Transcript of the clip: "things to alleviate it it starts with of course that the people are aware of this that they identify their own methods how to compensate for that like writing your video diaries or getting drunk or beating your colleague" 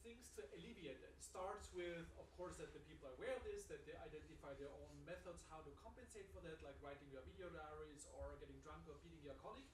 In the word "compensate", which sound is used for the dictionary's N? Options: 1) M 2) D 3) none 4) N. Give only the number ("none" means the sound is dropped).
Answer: 4